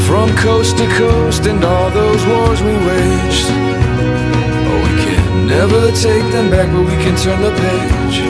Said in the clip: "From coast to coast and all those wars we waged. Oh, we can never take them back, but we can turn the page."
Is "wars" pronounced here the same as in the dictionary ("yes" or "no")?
yes